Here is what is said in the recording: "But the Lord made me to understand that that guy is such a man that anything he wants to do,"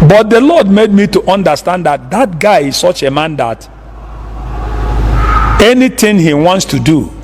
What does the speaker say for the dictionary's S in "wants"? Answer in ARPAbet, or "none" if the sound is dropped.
S